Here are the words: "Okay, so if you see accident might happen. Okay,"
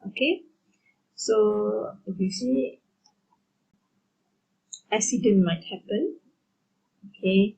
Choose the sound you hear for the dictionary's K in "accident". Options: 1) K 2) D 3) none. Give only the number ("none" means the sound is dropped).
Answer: 3